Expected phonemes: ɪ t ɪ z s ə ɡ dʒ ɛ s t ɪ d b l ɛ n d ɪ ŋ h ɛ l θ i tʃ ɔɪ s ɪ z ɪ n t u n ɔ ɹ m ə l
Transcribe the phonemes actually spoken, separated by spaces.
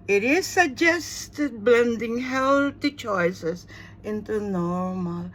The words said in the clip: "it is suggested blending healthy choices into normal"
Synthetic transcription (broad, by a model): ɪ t ɪ z s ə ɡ dʒ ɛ s t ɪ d b l ɛ n d ɪ ŋ h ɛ l t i tʃ ɔɪ s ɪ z ɪ n t u n ɔ ɹ m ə l